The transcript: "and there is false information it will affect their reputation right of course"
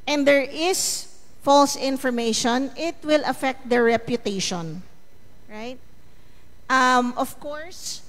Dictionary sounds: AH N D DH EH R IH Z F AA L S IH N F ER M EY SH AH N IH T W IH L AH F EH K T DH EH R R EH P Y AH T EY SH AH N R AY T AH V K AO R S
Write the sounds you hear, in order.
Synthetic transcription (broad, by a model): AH N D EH R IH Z F AA L S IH N F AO M EY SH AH N IH T W IH L AH F EH K T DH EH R R EH P Y AH T EY SH AH N R AY T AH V K AO R S